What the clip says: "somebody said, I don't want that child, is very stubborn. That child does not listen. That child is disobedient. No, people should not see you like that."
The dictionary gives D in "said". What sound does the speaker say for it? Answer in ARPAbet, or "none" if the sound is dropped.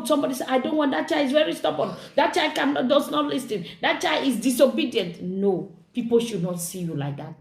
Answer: none